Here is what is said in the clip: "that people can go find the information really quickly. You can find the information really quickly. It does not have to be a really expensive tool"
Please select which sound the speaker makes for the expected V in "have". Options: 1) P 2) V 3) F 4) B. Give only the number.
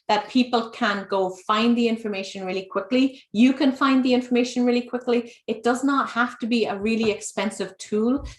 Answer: 3